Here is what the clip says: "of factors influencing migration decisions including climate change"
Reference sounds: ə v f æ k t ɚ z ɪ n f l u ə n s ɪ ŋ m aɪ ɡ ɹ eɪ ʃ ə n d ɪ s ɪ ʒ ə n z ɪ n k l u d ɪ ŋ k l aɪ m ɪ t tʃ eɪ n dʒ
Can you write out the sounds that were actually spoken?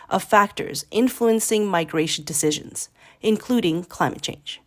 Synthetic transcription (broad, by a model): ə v f æ k t ɚ z ɪ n f l u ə n s ɪ ŋ m aɪ ɡ ɹ eɪ ʃ n d ɪ s ɪ ʒ ə n z ɪ n k l u d ɪ ŋ k l aɪ m ɪ t tʃ eɪ n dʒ